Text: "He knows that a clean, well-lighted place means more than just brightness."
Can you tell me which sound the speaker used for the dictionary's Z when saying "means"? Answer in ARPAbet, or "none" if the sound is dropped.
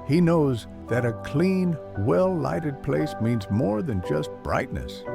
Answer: Z